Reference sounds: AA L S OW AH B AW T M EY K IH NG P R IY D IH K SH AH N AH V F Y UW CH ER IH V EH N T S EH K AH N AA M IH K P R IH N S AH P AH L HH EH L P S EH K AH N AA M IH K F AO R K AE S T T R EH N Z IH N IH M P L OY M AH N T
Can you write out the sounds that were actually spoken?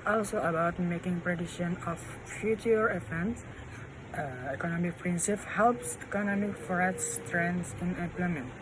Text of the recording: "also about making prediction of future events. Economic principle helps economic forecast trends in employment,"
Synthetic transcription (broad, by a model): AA L S OW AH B AW T M EY K IH NG P R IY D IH SH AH N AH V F Y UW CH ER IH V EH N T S EH K AH N AA M IH K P R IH N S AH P HH EH L P S EH K AH N AA M IH K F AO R AE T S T R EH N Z IH N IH M P L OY M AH N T